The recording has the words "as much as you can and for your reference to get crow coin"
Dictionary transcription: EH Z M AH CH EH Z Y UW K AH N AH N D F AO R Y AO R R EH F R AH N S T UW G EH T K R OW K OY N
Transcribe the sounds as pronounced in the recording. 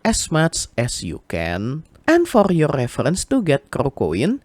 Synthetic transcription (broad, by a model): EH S M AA S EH S Y UW K AH N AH N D F AO R Y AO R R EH F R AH N S T UW G EH T K R OW K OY N